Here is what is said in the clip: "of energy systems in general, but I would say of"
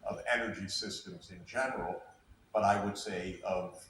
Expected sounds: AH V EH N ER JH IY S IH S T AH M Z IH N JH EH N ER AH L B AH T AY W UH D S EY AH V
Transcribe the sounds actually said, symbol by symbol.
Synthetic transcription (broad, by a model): AH V EH N ER JH IY S IH S T AH M Z IH N JH EH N ER L B AH T AY W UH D S EY AH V